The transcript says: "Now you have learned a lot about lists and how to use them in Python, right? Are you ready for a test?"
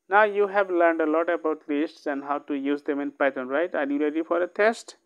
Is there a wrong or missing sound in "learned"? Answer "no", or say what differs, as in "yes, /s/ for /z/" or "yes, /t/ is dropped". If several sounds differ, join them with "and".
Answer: no